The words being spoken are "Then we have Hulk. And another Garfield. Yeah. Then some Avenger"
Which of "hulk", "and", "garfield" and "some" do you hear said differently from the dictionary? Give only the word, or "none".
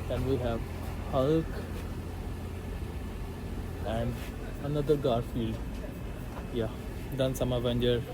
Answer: none